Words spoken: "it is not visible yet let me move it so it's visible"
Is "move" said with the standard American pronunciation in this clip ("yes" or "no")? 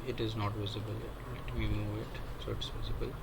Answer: no